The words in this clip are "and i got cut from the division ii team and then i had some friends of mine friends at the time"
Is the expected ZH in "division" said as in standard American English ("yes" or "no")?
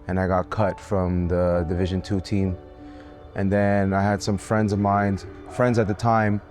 yes